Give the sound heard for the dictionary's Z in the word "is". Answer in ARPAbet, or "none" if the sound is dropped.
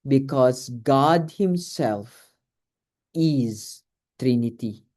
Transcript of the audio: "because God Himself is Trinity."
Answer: Z